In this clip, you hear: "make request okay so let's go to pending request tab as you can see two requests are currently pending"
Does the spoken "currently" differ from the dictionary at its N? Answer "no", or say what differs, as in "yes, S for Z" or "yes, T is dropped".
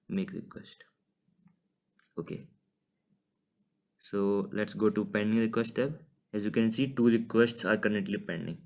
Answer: yes, N is dropped